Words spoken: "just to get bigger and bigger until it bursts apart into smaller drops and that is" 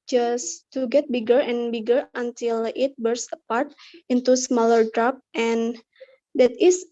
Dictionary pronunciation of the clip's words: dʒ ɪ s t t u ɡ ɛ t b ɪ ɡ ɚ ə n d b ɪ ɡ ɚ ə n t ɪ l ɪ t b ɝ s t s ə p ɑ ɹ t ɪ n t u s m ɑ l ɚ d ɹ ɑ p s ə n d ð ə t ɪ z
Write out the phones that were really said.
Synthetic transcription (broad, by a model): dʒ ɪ s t t u ɡ ɛ t b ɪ ɡ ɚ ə n b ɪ ɡ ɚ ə n t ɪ l ɪ t b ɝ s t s ə p ɑ ɹ t ɪ n t u s m ɑ l ɚ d ɹ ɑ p ə n d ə t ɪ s